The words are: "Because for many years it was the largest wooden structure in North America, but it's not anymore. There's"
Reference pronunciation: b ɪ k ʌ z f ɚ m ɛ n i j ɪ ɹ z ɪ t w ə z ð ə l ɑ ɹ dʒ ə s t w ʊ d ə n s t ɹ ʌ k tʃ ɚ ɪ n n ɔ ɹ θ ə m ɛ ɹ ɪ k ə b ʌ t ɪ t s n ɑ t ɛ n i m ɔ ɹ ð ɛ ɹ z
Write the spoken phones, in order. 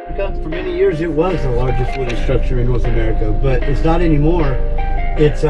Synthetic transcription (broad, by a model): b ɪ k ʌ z f ɚ m ɛ n i j ɪ ɹ z ɪ t w ə z ð ə l ɑ ɹ dʒ ə s t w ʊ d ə s t ɹ ʌ k tʃ ɚ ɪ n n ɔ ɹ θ ə m ɛ ɹ ɪ k ə b ʌ t ɪ t s n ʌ t ɛ n i m ɔ ɹ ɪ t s